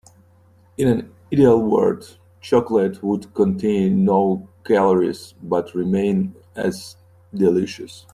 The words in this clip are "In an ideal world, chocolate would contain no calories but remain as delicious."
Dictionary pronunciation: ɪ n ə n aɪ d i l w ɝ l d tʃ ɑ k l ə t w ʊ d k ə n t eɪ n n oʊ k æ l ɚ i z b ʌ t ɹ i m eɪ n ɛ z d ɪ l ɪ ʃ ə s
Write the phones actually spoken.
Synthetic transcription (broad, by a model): ɪ n ə n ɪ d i l w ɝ d tʃ ɑ k l ə t w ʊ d k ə n t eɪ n n oʊ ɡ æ l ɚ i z b ʌ t ɹ i m eɪ n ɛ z d ɪ l ɪ ʃ ə s